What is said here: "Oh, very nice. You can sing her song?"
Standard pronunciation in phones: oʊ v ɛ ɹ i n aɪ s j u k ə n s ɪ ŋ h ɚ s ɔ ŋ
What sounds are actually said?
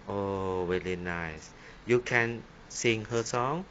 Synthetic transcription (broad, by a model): oʊ w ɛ l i n aɪ s j u k ə n s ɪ ŋ h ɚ s ɔ ŋ